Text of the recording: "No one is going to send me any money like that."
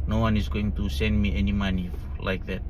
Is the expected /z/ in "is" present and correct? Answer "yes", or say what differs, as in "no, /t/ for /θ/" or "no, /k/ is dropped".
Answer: no, /s/ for /z/